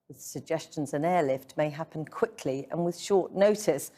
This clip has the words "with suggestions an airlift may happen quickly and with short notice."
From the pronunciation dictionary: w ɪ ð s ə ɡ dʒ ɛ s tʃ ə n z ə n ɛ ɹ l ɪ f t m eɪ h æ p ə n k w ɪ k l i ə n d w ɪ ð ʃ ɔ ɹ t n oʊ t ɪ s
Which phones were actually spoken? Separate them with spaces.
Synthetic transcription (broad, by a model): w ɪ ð s ə ɡ dʒ ɛ s tʃ ə n z ə n ɛ l ɪ f t m eɪ h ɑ p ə n k w ɪ k l i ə n w ɪ ð ʃ ɔ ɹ t n oʊ t ɪ s